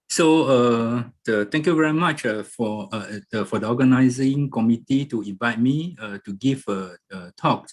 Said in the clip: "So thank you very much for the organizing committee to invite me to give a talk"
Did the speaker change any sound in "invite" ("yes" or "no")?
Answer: no